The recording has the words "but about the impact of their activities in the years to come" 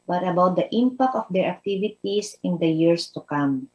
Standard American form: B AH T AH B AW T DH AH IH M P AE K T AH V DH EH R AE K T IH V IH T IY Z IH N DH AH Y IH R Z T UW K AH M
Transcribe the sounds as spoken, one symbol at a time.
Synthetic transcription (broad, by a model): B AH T AH B AW T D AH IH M P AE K T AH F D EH R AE K T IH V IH T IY S IH N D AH Y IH R S T UW K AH M